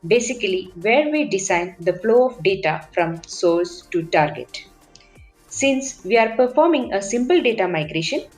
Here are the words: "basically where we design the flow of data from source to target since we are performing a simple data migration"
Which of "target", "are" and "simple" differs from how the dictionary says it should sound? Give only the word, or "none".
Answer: none